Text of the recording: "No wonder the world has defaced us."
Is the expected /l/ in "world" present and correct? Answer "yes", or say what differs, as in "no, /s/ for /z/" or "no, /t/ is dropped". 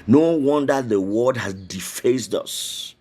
no, /l/ is dropped